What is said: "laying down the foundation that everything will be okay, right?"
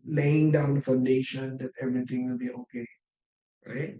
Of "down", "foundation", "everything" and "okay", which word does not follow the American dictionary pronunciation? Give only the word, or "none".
everything